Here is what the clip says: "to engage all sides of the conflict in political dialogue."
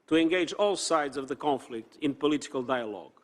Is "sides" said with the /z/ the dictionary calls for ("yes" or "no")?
yes